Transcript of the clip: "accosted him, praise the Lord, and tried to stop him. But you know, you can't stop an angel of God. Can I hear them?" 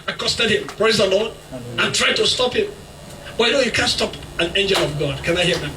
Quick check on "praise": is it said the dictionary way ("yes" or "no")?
yes